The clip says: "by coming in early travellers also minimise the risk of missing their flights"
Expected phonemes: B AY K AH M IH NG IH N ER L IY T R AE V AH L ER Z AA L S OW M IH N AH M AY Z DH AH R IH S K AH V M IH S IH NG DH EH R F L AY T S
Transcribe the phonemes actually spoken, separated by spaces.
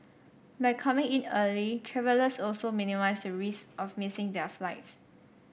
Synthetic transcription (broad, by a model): B AY K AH M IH NG IH N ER L IY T R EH V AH L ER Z AA L S OW M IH N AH M AY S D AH R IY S AH F M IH S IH NG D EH F L AY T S